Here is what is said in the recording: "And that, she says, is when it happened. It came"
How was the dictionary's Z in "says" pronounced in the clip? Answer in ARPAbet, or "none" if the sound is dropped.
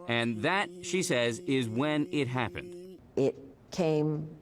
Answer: Z